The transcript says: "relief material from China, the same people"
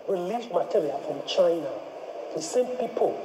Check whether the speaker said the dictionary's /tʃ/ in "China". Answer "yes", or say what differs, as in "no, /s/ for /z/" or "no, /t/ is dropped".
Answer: yes